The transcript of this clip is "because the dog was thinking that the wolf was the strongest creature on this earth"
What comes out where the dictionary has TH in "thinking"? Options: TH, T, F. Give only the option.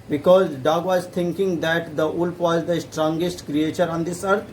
T